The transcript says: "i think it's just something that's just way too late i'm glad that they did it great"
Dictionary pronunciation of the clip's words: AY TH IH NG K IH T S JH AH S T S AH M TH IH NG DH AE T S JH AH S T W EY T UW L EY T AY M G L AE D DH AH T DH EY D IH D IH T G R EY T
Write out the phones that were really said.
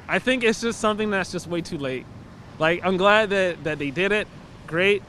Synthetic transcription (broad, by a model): AY TH IH NG K IH T S JH AH S T S AH M TH IH NG DH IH T S JH AH S T W EY T UW L EY T AY M G L AE D DH AH T DH EY D IH D IH T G R EY T